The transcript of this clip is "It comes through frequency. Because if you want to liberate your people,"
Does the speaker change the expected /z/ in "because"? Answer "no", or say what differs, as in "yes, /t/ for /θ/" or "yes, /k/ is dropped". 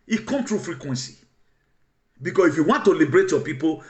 yes, /s/ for /z/